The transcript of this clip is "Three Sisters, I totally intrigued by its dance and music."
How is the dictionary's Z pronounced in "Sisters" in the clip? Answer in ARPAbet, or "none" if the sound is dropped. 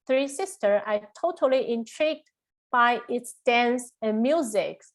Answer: none